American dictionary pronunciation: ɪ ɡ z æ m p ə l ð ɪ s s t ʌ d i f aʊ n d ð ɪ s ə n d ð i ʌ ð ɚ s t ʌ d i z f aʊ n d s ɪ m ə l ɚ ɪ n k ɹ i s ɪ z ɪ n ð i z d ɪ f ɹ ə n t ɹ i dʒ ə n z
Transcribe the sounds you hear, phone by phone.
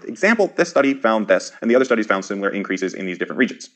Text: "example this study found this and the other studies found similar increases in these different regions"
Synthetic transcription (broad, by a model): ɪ ɡ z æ m p l ð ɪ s s t ʌ d i f aʊ n ð ɪ s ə n ð i ʌ ð ɚ s t ʌ d i z f aʊ n d s ɪ m l ɚ ɪ n k ɹ i s ɪ z ɪ n ð i z d ɪ f ɹ ə n t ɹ i dʒ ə n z